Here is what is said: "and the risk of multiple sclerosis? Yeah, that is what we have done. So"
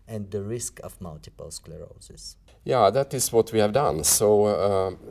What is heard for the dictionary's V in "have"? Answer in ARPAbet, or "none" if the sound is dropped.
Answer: V